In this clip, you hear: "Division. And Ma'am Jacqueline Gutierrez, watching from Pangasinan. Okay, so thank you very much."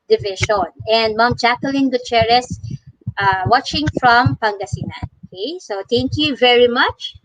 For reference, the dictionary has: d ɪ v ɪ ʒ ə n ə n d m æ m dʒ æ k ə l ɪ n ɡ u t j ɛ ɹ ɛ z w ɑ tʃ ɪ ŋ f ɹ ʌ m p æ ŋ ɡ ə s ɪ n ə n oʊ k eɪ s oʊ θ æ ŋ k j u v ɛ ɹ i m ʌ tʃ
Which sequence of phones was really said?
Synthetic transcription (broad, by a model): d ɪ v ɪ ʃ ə n ə n d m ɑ m tʃ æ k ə l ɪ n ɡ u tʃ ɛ ɹ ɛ s w ɑ tʃ ɪ ŋ f ɹ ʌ m p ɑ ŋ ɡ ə s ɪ n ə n oʊ k eɪ s oʊ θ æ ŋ k j u v ɛ ɹ i m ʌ tʃ